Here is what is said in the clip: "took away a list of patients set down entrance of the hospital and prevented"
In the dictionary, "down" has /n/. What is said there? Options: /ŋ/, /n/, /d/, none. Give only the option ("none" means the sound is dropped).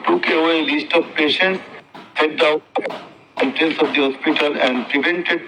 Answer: none